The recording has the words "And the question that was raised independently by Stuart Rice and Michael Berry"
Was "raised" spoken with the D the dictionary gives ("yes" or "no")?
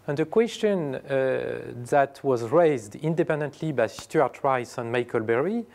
yes